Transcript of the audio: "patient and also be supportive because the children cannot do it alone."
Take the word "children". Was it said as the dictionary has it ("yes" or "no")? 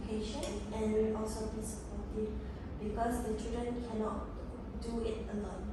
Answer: no